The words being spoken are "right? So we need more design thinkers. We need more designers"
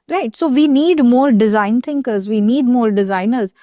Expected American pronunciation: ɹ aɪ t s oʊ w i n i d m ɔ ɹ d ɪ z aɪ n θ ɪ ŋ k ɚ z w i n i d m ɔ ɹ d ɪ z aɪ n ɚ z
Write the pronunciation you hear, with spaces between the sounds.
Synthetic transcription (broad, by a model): ɹ aɪ t s oʊ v i n i d m ɔ ɹ d ɪ z aɪ n t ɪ ŋ k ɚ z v i n i d m ɔ ɹ d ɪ z aɪ n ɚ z